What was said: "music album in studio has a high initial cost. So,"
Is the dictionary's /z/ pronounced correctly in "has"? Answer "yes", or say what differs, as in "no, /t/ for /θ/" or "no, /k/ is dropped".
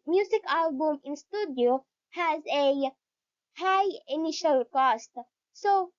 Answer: yes